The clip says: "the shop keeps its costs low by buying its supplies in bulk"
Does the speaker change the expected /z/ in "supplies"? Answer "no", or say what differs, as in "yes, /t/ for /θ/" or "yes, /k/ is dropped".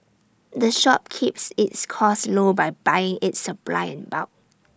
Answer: yes, /z/ is dropped